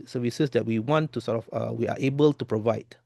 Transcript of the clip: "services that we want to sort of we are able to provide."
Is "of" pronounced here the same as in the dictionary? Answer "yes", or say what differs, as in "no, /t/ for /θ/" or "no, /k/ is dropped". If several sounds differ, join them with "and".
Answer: no, /f/ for /v/